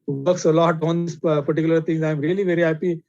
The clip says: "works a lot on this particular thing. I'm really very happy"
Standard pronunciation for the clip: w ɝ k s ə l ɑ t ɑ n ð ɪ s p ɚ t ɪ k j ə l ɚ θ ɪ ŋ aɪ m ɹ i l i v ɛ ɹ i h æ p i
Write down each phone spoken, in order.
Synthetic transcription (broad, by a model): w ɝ k s ə l ɑ t ɑ n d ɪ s p ɚ t ɪ k j ə l ɚ t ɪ ŋ aɪ m ɹ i l i v ɛ ɹ i h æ p i